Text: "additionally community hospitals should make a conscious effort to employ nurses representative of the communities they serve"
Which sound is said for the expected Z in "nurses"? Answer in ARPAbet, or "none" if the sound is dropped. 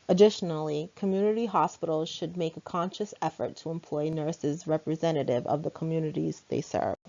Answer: Z